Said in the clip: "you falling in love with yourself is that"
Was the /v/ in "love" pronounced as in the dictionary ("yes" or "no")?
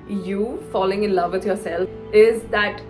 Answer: yes